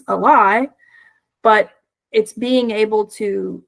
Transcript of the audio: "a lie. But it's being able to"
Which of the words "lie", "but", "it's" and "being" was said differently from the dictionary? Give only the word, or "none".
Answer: lie